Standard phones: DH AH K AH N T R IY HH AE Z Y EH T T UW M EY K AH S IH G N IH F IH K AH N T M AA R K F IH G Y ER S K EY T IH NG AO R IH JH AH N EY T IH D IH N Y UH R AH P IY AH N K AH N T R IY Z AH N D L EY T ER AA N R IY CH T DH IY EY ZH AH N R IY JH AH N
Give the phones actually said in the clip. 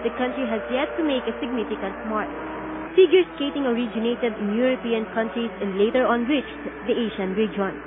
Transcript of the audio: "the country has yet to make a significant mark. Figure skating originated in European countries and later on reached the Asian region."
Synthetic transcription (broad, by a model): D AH K AH N T R IY HH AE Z Y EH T T UW M EY K AH S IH G N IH F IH K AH N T M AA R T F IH G Y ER S K EY T IH NG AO R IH JH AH N EY T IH D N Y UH R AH P IY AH N K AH N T R IY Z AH N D L EY T ER AA N W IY CH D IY EY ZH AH N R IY JH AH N